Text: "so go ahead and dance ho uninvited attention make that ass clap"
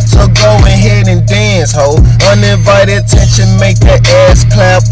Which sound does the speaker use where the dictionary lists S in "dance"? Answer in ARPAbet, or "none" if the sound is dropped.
S